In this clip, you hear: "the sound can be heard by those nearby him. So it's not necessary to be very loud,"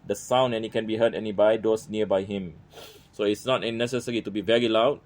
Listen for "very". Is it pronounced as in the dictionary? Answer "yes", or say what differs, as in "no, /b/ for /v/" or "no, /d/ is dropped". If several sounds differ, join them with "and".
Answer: yes